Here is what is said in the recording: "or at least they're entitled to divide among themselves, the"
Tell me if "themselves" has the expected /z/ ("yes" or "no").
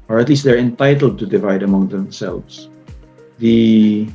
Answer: no